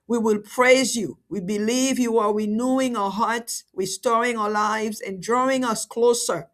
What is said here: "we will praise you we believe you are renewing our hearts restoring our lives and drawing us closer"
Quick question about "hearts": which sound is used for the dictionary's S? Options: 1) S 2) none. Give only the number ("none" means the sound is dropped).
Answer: 1